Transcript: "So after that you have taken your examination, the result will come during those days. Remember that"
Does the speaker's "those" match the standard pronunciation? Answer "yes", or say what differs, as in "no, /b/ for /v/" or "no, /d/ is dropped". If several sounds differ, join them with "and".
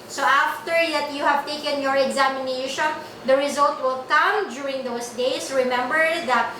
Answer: no, /s/ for /z/